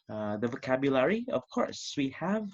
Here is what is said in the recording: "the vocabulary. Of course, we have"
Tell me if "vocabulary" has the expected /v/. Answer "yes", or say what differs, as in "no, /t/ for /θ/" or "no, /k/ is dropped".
yes